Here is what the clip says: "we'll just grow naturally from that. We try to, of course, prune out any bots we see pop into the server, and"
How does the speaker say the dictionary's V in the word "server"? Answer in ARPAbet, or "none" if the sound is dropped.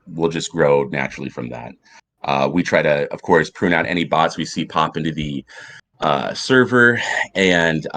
V